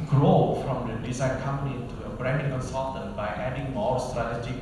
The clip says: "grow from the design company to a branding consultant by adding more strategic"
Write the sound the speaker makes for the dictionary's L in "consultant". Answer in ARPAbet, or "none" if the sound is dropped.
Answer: none